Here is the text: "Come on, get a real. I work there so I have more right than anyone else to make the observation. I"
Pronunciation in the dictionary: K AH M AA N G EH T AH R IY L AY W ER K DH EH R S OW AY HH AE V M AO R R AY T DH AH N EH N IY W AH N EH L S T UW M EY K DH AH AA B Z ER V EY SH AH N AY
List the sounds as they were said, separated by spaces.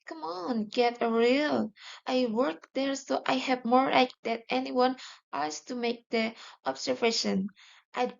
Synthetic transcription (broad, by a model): K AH M AA N G EH T AH R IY L AY W ER K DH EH R S OW AY HH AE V M AO R L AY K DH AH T EH N IY W AH N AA S T UW M EY K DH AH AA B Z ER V EY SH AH N AY